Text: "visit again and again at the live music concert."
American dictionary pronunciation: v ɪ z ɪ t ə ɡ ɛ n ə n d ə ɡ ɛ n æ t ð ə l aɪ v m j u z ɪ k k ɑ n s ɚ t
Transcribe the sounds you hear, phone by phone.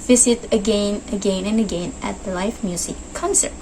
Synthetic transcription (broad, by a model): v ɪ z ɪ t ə ɡ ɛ n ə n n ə ɡ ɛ n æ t ð ə l aɪ f m j u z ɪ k k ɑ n s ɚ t